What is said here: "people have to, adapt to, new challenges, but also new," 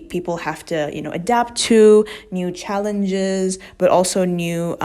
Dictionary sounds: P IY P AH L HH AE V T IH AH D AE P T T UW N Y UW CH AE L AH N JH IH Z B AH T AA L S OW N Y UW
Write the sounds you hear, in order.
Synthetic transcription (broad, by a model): P IY P L HH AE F T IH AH D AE P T T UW N Y UW CH AE L AH N JH IH Z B AH T AA L S OW N Y UW